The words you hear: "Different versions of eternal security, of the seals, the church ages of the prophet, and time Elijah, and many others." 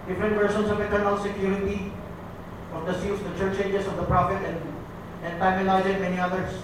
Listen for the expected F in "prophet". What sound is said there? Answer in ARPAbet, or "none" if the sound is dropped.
F